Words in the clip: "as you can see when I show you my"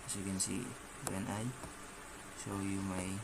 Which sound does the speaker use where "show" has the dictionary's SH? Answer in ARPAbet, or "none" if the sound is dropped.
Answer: S